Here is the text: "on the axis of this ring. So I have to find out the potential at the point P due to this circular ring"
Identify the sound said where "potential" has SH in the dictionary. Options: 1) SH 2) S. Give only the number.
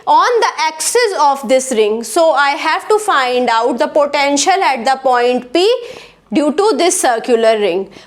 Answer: 1